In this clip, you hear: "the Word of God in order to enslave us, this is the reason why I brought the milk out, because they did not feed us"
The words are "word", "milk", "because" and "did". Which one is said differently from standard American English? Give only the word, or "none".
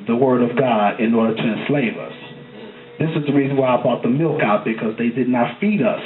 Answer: none